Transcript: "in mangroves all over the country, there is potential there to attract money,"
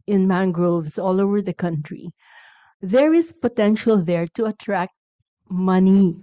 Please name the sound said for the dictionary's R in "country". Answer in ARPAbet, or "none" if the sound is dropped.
R